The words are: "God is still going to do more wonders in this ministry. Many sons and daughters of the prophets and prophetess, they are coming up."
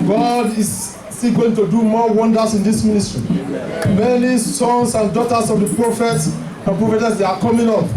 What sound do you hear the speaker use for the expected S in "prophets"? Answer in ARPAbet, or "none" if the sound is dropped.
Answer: S